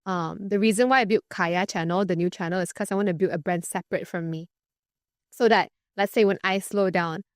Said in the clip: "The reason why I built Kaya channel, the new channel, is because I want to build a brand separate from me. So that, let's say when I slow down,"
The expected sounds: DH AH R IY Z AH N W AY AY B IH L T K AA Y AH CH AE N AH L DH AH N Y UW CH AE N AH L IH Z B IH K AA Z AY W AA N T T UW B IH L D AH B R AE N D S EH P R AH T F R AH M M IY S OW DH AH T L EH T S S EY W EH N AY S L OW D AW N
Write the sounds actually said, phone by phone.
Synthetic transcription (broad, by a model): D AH R IY Z AH N W AY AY B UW T K AA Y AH CH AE N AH L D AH N Y UW CH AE N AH L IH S K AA S AY W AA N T T UW B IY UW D AH B R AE N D S EH P R AH T F R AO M M IY S OW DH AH T L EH T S S EY W EH N AY S L OW D AW N